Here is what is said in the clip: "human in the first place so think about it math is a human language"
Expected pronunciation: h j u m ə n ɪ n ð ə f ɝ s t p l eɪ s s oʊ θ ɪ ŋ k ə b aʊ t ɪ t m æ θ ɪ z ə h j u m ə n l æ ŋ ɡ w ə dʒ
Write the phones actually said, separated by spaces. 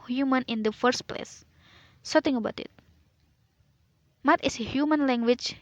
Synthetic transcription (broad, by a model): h j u m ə n ɪ n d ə f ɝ s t p l eɪ s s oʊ t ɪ ŋ ə b aʊ t ɪ t m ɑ t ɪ s ə h j u m ə n l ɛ ŋ ɡ w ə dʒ